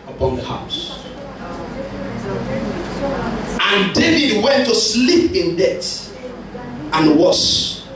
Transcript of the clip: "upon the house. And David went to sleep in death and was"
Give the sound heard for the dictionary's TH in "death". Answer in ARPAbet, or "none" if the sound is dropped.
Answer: T